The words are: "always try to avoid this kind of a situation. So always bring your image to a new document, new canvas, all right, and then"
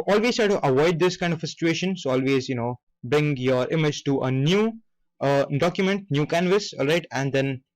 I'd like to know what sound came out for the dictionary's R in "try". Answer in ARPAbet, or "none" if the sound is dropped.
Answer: none